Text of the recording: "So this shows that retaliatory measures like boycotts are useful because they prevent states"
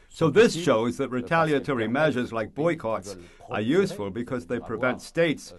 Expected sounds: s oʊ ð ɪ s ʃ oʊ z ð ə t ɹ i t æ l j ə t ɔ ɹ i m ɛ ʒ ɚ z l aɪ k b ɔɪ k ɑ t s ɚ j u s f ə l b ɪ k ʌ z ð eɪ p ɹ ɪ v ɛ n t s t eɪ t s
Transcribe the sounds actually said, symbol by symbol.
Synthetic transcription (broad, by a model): s oʊ ð ɪ s ʃ oʊ z ð ə t ɹ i t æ l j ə t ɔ ɹ i m ɛ ʒ ɚ z l aɪ k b ɔɪ k ɑ t s ɚ j u s f ə l b ɪ k ʌ z ð eɪ p ɹ ɪ v ɛ n t s t eɪ t s